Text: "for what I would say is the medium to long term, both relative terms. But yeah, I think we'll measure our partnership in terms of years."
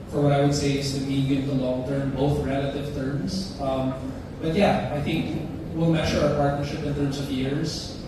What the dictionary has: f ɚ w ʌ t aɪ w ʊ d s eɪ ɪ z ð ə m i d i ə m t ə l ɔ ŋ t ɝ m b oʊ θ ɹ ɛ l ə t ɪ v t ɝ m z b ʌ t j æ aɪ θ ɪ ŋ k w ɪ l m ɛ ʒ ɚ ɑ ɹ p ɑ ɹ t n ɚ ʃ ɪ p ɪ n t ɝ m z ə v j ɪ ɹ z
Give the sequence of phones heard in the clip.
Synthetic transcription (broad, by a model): f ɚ w ʌ t aɪ w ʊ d s eɪ ɪ z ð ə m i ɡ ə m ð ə l ɔ ŋ t ɝ m b oʊ θ ɹ ɛ l ə t ɪ v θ ɝ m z b ʌ t j æ aɪ θ ɪ ŋ k w ɪ l m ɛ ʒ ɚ ɑ ɹ p ɑ ɹ t n ɚ ʃ ɪ p ɪ n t ɝ m z ə v j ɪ ɹ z